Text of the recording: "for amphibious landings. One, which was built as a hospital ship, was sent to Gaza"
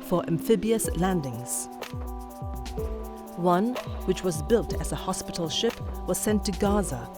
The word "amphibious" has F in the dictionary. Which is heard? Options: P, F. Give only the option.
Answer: F